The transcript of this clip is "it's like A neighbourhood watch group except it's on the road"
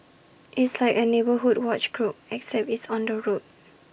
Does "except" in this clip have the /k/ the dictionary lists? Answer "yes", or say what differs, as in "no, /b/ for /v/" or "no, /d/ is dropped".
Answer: yes